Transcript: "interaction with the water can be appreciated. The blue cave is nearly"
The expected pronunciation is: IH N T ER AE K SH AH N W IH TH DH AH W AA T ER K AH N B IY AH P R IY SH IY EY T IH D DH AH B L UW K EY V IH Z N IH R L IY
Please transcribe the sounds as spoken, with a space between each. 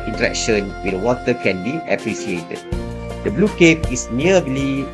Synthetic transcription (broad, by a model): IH N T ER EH K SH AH N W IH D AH W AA T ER K AH N B IY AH P R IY S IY EY T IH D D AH B L UW K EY P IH S N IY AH L IY